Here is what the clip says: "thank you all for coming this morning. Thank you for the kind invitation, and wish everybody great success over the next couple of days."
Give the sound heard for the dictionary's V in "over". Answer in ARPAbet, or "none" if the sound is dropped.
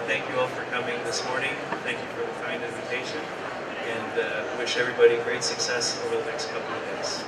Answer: none